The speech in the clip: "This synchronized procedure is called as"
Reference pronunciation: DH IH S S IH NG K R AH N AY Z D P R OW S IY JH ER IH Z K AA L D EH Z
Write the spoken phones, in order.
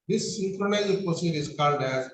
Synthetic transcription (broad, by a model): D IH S S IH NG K R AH N AY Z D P OW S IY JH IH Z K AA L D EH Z